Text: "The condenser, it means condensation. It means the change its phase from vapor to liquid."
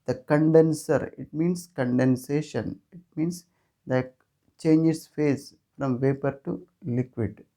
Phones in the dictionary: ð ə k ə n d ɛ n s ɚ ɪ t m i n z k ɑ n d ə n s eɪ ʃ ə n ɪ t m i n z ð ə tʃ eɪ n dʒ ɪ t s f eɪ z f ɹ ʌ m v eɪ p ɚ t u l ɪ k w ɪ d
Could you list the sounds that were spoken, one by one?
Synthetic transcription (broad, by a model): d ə k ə n d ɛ n s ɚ ɪ t m i n s k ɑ n d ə n s eɪ ʃ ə n ɪ t m i n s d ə tʃ eɪ n dʒ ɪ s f eɪ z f ɹ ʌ m v eɪ p ɚ t u l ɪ k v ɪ d